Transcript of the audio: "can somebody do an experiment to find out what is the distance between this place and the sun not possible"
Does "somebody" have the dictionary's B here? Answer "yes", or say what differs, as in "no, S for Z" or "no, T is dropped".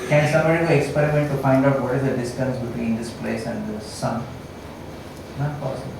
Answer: no, B is dropped